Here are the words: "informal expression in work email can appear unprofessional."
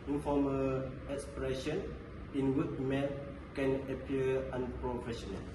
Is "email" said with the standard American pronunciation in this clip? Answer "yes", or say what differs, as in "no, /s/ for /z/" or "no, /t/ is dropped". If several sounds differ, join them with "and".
no, /n/ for /l/